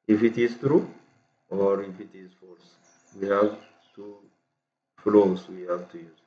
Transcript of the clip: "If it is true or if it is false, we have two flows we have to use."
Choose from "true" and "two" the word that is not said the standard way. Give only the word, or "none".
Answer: none